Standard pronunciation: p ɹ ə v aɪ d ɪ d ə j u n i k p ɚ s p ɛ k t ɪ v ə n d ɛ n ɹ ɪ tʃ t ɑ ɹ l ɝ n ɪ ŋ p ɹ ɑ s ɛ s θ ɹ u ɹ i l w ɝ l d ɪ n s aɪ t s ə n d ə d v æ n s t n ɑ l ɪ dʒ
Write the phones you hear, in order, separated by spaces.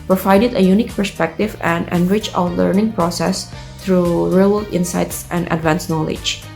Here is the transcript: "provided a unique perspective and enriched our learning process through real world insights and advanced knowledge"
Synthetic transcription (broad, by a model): p ɹ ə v aɪ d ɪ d ə j u n i k p ɚ s p ɛ k t ɪ v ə n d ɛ n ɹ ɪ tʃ ɑ l ɝ n ɪ ŋ p ɹ ɑ s ɛ s t ɹ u ɹ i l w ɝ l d ɪ n s aɪ t s ə n d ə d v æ n s n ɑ l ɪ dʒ